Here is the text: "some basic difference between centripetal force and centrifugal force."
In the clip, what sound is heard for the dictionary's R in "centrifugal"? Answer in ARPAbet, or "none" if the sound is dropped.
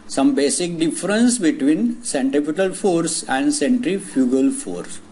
R